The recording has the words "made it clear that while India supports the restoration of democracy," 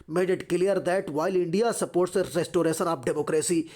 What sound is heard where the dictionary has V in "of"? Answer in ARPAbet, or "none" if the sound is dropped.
P